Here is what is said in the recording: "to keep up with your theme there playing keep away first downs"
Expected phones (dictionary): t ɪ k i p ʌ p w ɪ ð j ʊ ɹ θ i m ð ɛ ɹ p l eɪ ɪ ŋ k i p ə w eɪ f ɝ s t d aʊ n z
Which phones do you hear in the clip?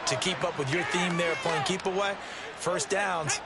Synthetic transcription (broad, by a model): t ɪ k i p ʌ p w ɪ ð j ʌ ɹ θ i m ð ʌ ɹ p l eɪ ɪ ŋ k i p ə w eɪ f ɝ s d aʊ n